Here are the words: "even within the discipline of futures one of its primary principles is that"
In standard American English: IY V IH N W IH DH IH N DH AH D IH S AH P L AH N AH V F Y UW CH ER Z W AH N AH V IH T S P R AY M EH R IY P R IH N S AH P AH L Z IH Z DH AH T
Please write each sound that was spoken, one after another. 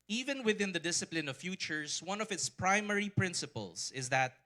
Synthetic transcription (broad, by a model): IY V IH N W IH DH IH N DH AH D IH S AH P L AH N AH V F Y UW CH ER S W AH N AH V IH T S P R AY M EH R IY P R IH N S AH P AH L S IH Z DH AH T